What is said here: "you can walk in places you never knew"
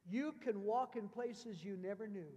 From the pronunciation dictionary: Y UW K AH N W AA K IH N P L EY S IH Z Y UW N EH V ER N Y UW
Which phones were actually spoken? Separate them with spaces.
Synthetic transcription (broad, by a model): Y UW K AH N W AA K IH N P L EY S IH Z Y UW N EH V ER N Y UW